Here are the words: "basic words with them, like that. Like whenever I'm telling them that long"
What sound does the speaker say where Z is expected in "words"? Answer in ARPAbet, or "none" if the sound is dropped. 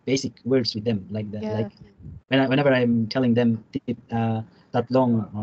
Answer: S